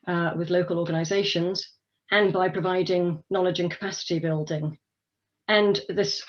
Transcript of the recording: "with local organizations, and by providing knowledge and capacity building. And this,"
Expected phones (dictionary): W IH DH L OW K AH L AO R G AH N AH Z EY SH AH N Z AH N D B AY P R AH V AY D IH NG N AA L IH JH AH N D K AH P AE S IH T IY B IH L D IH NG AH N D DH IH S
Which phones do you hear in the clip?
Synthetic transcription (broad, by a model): W IH DH L OW K AH L AO G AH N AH Z EY SH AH N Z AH N B AY P R AH V AY D IH NG N AA L IH JH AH N K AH P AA S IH T IY B IH L D IH NG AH N DH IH S